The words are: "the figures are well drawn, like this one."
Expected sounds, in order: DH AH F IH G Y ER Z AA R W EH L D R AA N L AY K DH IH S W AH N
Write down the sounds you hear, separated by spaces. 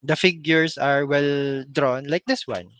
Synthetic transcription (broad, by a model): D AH F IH G Y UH S AA R W EH L D R AA N L AY K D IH S W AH N